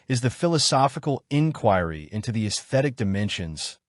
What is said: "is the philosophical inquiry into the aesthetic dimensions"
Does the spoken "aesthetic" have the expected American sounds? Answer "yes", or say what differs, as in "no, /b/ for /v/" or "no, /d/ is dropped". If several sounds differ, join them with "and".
yes